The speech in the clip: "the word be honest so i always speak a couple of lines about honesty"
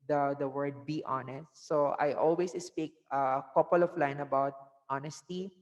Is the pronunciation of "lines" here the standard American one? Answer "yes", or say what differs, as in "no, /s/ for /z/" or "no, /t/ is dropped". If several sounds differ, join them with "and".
no, /z/ is dropped